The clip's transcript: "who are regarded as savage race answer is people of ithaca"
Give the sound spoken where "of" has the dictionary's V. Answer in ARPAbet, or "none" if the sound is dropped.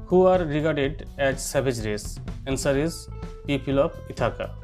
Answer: P